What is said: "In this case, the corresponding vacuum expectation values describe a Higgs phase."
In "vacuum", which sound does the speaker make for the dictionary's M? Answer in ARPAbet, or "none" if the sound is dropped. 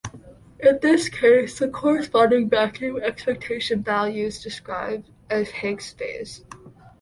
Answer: none